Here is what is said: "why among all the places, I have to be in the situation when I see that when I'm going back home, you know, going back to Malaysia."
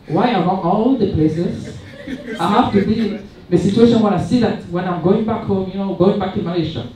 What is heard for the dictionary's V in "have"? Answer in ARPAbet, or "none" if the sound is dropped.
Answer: F